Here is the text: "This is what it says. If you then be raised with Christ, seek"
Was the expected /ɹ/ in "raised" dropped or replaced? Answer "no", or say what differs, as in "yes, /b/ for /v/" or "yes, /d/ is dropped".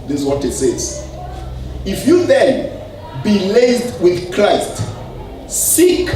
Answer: yes, /l/ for /ɹ/